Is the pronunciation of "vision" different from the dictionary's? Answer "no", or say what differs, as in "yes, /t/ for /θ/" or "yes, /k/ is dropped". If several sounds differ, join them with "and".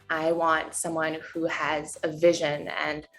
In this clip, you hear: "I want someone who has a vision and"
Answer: no